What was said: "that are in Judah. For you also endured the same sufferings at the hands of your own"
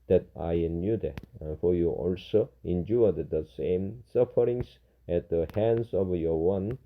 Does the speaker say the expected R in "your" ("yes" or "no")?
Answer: no